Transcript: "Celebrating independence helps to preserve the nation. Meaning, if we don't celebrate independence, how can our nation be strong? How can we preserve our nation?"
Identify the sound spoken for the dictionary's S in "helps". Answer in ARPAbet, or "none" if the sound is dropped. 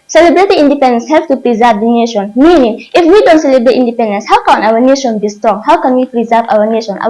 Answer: none